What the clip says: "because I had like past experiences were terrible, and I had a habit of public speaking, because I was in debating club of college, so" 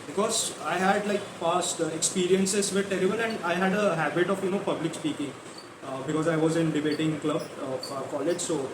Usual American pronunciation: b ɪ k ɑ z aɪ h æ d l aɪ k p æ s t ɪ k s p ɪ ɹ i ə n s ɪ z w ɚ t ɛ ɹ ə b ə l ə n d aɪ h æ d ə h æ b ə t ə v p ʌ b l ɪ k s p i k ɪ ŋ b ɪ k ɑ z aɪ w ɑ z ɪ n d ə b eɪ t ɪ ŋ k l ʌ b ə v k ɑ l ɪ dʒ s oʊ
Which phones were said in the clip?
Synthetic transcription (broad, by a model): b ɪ k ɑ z aɪ h æ d l aɪ k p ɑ s t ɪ k s p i ɹ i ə n s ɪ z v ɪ t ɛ ɹ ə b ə n ə n d aɪ h æ d ə h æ b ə t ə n p ʌ b l ɪ k s p i k ɪ ŋ b ɪ k ɑ z aɪ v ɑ z ɪ n d ə b eɪ t ɪ ŋ k l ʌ b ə k ɑ l ɪ dʒ s oʊ